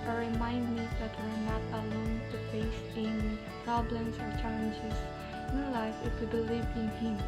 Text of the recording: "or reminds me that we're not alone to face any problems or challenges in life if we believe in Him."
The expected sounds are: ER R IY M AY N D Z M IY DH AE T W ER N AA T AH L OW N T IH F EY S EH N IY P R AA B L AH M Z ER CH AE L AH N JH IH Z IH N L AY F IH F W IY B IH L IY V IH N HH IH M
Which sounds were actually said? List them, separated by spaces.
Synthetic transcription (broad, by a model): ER R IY M AY N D M IY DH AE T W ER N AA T AH L OW N T IH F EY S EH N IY P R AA B L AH M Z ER CH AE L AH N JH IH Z IH N L AY F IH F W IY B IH L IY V IH N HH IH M